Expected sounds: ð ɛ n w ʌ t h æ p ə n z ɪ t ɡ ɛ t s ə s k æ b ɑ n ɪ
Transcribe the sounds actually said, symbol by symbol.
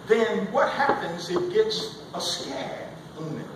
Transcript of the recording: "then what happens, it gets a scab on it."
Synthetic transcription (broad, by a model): ð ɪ n w ʌ t h æ p ə n z ɪ t ɡ ɛ t s ə s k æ ɪ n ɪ